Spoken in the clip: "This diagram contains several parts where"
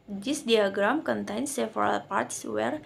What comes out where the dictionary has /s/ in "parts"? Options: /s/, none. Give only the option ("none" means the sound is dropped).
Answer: /s/